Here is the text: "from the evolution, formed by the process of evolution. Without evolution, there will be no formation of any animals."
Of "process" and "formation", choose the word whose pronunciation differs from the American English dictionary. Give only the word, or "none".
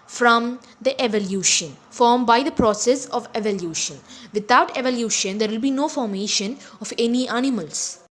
none